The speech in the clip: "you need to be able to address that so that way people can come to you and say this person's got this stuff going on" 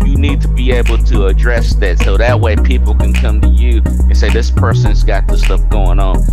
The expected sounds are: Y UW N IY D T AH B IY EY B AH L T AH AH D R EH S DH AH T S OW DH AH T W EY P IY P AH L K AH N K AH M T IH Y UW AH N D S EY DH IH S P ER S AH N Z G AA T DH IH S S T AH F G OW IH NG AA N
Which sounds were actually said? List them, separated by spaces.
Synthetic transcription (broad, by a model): Y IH N IY D T AH B IY EY B L T AH AH D R EH S DH AH T S OW DH AH T W EY P IY P L K AH N K AH M T IH Y UW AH N S EY DH IH S P ER S AH N Z G AA T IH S S T AH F G OW IH NG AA N